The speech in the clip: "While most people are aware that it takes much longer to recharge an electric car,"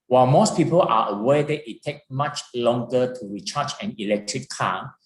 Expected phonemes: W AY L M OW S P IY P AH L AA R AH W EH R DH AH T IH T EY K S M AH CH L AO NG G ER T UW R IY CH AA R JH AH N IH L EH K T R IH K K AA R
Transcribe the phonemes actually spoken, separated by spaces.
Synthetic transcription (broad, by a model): W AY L M OW S P IY P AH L AA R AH W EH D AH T IH T EY K M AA CH L AO NG G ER T UW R IY CH AA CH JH AH N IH L EH K T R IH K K AA